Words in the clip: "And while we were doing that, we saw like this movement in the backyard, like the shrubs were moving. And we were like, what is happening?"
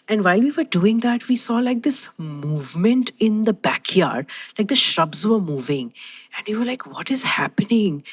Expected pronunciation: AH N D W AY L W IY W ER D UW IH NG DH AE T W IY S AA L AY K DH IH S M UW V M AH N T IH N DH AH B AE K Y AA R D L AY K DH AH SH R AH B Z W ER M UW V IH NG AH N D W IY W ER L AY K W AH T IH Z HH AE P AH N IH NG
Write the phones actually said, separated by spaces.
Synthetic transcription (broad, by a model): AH N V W AY L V IY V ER D UW IH NG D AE T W IY S AA L AY K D IH S M UW V M AH N T IH N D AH B AE K Y AA R D L AY K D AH SH R AH B Z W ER M UW V IH NG AH N D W IY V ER L AY K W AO T IH Z HH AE P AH N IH NG